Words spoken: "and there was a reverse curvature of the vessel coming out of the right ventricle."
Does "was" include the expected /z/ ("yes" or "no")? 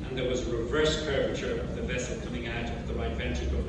yes